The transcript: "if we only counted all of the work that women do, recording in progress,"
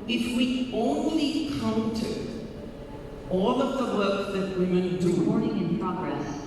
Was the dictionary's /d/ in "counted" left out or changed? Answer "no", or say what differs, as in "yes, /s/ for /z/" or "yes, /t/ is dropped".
yes, /d/ is dropped